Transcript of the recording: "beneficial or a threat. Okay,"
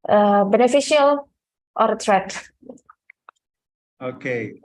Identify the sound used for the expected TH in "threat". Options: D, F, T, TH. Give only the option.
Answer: T